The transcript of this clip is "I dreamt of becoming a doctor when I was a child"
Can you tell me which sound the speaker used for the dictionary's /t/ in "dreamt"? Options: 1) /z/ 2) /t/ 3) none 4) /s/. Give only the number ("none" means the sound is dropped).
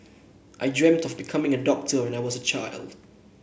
2